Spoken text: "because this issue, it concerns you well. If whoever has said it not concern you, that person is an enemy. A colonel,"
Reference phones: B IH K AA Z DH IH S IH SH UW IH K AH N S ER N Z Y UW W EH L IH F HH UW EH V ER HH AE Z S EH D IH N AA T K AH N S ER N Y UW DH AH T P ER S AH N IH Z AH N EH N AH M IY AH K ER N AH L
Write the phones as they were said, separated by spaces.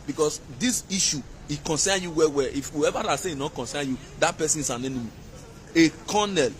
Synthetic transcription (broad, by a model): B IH K AA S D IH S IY SH UW IH K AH N S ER N Y UW W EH W IH F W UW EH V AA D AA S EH IH N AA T K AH N S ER N Y UW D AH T P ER S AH N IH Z AH N EH N AH M IY AH K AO N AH L